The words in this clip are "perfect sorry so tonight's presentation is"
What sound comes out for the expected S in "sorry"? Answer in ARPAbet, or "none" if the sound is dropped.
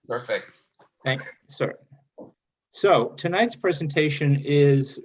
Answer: TH